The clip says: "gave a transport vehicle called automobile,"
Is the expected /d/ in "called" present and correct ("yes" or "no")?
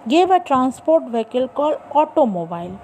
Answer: no